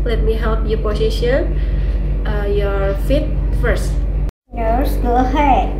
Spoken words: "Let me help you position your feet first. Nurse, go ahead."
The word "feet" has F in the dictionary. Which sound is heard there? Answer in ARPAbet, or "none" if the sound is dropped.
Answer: F